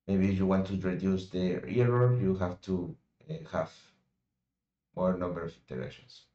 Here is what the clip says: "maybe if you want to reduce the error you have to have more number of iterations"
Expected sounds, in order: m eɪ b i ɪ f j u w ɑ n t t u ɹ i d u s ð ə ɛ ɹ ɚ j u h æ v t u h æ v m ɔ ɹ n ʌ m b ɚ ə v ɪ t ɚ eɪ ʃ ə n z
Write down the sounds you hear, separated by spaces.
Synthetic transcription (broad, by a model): m eɪ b i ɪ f j u w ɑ n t t u ɹ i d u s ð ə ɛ ɹ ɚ j u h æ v t u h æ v m ɔ ɹ n ʌ m b ɚ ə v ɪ t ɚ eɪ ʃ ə n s